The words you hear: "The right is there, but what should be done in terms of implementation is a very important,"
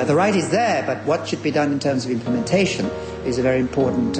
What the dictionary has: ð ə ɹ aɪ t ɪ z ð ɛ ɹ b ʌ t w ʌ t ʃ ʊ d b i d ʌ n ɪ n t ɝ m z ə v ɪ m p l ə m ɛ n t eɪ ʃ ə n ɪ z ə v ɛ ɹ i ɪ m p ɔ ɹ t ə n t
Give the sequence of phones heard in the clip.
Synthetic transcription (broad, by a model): ð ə ɹ aɪ t ɪ z ð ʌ ɹ b ʌ t w ʌ t ʃ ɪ d b i d ʌ n ɪ n t ɝ m z ə v ɪ m p l ə m ɛ n t eɪ ʃ ə n ɪ z ə v ɛ ɹ i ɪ m p ɔ ɹ t n t